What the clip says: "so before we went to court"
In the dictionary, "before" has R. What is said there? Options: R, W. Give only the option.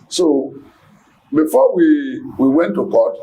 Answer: W